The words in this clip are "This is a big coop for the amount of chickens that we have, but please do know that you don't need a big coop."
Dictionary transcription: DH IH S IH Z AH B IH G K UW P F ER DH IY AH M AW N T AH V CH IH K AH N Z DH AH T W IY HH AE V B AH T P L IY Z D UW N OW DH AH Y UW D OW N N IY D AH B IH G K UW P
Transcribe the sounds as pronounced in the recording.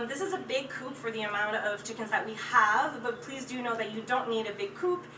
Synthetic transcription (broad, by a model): DH IH S IH Z AH B IH G K UW P F ER DH IY AH M AW N T AH V CH IH K AH N Z DH AH T W IY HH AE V B AH T P L IY Z D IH N OW DH AH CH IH D OW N N IY D AH B IH G K UW P